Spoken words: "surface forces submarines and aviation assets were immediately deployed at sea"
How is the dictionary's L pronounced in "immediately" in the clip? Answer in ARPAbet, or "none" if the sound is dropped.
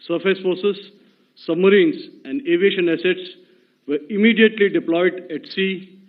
L